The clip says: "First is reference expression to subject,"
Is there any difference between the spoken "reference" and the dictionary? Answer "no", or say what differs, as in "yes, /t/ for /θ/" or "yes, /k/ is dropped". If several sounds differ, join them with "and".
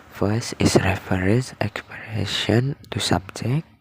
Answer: yes, /n/ is dropped